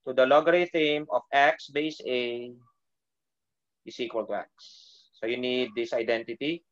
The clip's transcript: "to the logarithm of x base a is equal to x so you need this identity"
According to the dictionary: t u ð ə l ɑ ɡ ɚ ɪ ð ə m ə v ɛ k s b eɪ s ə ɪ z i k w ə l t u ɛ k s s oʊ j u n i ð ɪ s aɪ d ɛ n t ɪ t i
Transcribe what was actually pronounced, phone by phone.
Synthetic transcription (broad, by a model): t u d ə l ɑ ɡ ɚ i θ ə m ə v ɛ k s b eɪ s ə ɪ s i k w ə l t u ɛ k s s oʊ j u n i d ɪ s aɪ d ɛ n t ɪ t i